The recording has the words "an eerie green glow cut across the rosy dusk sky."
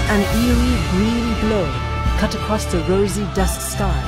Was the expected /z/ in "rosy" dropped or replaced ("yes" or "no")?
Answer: no